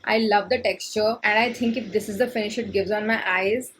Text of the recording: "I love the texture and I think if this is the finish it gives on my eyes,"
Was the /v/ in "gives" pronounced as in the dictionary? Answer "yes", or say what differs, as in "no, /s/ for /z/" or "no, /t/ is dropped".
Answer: yes